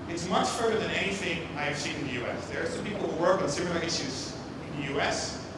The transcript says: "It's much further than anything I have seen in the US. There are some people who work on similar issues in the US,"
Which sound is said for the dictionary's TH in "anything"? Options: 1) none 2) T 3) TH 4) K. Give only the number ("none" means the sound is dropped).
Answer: 3